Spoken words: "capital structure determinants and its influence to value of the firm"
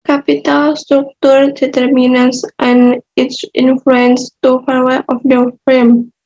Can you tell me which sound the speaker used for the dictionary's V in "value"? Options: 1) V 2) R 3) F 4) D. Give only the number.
3